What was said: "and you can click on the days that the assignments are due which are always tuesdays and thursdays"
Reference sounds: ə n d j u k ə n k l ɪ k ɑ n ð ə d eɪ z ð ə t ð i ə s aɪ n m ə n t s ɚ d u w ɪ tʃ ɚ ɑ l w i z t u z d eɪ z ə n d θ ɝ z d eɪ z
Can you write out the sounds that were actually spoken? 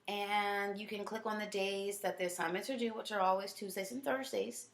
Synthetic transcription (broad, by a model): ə n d j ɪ k ə n k l ɪ k n ð ə d eɪ z ð ə t ð i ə s aɪ m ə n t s ɚ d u w ɪ tʃ ɚ ɑ l w i z t u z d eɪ ə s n θ ɝ z d eɪ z